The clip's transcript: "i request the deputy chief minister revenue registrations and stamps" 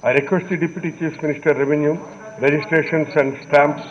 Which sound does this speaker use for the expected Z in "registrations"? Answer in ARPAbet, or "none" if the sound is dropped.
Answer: S